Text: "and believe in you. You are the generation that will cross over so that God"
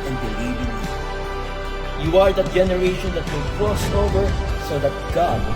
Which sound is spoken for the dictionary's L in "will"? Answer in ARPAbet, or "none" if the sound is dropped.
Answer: N